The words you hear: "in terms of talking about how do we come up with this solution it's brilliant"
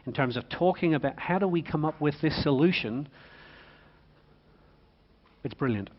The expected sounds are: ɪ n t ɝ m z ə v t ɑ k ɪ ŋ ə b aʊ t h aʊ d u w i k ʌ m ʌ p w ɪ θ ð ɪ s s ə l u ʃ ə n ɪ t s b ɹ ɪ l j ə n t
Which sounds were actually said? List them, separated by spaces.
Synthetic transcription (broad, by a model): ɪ n t ɝ m z ə v t ɑ k ɪ ŋ ə b aʊ t h aʊ d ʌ w i k ʌ m ʌ p w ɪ ð ɪ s s ə l u ʃ ə n ɪ t s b ɹ ɪ l j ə n t